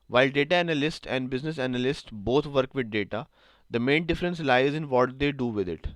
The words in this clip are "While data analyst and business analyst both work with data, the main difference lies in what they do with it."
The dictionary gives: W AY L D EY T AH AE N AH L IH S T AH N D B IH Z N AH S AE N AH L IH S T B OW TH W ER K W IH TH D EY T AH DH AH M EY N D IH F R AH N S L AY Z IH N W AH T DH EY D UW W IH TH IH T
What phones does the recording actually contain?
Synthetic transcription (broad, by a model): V AY L D EY T AH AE N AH L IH S T AH N D B IH Z N AH S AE N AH L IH S T B OW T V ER K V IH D D EY T AH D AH M EY N D IH F R AH N S L AY Z IH N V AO T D EY D UW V IH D IH T